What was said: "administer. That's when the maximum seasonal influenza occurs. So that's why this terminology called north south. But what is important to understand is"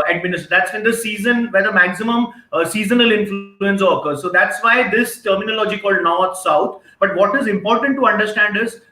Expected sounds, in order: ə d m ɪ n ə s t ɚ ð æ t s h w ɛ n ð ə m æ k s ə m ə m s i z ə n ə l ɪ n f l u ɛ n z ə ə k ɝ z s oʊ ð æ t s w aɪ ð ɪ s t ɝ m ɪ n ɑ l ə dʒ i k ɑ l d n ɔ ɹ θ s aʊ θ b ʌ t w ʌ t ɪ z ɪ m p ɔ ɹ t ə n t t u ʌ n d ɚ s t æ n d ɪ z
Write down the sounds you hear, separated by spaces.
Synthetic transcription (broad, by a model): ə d m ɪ n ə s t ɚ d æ t s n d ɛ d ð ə m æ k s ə m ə m s i z ə n ə l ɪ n f l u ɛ n s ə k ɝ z s oʊ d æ t s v aɪ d ɪ s t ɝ m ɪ n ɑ l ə dʒ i k ɑ l d n ɔ ɹ t s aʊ t b ʌ t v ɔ t ɪ z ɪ m p ɔ ɹ t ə n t t u ʌ n d ɚ s t æ n d ɪ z